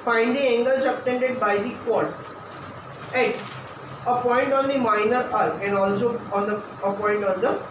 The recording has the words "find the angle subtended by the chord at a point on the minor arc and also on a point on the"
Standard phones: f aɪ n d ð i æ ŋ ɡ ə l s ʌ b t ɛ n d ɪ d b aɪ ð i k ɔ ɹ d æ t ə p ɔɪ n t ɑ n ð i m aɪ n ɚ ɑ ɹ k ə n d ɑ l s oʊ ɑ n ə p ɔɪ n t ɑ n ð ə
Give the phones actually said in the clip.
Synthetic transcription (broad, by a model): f aɪ n d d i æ ŋ ɡ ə l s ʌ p t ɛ n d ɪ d b aɪ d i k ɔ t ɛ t ə p ɔɪ n t ɑ n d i m aɪ n ɚ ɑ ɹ ə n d ɑ l s oʊ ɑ n ə p ɔɪ n t ɑ n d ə